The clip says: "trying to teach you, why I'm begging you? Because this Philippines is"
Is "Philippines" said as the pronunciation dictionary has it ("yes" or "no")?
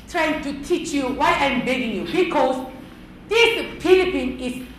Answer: no